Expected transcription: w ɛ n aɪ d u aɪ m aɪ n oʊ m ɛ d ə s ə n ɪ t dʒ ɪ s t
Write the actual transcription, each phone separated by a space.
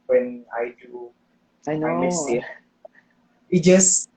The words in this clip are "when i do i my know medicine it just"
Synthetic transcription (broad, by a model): w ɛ n aɪ d u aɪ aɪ n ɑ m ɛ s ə ɪ t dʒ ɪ s